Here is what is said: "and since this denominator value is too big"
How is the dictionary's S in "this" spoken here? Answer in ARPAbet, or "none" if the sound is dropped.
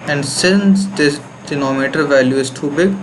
none